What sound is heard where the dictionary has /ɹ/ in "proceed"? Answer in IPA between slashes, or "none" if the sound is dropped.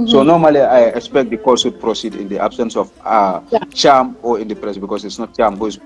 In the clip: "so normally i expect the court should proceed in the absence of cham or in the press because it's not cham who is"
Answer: /ɹ/